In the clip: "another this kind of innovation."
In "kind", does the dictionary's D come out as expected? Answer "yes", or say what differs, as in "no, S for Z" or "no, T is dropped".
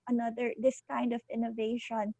yes